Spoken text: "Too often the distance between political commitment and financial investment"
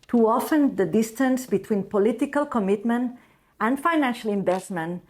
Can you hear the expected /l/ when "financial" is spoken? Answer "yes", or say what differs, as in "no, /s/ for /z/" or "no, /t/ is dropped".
yes